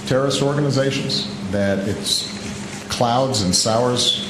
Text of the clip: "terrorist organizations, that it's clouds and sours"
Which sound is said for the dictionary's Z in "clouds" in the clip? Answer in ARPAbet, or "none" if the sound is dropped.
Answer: Z